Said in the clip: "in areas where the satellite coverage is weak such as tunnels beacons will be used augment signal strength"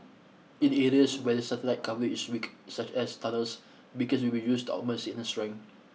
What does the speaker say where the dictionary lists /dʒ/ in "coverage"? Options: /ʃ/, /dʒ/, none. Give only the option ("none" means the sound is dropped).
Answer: none